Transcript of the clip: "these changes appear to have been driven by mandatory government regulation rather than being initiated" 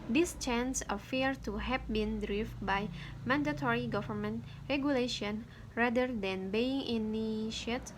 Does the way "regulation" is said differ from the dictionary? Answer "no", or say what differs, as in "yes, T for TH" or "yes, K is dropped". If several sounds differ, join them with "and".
no